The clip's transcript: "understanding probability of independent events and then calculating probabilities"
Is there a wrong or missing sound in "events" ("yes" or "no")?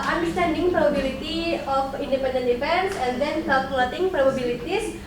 yes